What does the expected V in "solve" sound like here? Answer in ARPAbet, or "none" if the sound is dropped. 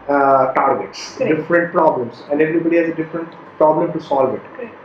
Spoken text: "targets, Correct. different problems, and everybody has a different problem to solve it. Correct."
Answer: V